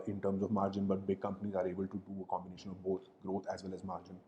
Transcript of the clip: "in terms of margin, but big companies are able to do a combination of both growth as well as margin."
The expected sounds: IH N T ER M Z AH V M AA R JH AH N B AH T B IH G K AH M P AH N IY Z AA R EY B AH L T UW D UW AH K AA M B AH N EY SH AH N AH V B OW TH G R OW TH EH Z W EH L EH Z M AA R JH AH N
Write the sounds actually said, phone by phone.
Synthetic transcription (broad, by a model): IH N T ER M Z AH V M AA R JH AH N B AH T B IH G K AH M P AH N IY Z AA R EY B AH L T UW D UW AH K AA M B AH N EY SH AH N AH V B OW T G R OW T EH Z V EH L EH Z M AA R JH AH N